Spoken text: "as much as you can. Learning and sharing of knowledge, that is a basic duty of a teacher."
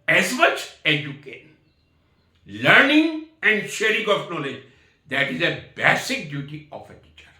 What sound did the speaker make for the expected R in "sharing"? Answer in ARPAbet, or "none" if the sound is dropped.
R